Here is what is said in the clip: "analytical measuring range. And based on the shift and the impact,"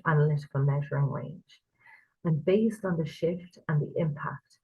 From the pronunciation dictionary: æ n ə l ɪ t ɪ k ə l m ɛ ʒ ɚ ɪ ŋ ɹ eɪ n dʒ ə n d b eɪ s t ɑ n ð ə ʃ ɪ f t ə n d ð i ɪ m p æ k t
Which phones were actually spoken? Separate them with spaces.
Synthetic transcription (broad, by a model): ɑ n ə l ɪ t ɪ k ə l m ɛ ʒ ɚ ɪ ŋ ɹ eɪ n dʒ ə n b eɪ s t n ð ə ʃ ɪ f t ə n ð i ɪ m p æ k t